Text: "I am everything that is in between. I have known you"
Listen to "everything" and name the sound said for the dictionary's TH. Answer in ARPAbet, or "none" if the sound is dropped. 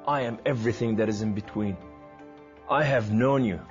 TH